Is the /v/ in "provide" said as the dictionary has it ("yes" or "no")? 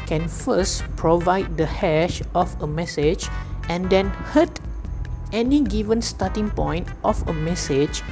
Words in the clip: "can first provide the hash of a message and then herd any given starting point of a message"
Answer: yes